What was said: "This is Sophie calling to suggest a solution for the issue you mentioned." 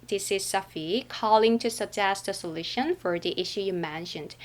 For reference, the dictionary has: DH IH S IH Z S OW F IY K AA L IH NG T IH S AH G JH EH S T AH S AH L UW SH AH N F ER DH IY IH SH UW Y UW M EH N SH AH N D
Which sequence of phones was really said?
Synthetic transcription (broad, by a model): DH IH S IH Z S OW F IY K AA L IH NG T IH S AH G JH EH S T AH S AH L UW SH AH N F ER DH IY IH SH UW Y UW M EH N SH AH N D